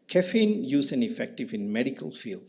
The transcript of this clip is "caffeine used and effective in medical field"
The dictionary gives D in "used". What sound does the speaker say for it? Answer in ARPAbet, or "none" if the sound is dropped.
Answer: none